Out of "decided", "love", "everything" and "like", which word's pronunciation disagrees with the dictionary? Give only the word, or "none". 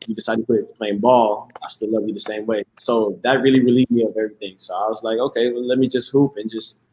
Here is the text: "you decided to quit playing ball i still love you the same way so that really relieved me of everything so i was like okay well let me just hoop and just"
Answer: none